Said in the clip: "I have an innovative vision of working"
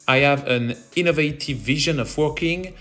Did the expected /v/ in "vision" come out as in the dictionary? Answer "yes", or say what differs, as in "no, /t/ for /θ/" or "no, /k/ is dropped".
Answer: yes